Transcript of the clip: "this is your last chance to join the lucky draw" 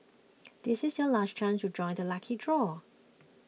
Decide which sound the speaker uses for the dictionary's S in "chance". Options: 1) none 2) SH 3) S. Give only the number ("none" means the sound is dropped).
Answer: 1